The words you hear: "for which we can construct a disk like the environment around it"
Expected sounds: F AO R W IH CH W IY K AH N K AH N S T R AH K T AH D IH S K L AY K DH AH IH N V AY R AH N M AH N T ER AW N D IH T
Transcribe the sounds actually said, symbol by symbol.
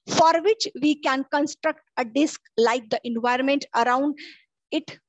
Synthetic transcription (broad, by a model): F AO R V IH CH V IY K AH N K AH N S T R AH K T AH D IH S K L AY K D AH IH N V AY R AH N M AH N T ER AW N D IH T